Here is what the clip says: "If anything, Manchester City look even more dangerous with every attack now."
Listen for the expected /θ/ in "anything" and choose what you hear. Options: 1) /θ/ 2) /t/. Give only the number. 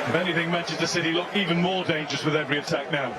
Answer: 1